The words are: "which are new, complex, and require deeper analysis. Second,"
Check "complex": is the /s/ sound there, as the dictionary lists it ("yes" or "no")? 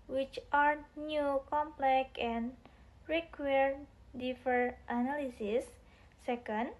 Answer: no